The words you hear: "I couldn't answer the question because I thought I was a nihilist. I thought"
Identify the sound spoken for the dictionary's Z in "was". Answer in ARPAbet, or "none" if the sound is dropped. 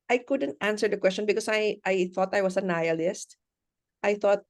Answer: S